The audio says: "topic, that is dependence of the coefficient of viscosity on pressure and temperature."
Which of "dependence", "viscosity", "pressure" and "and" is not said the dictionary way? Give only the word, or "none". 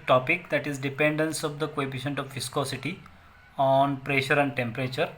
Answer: viscosity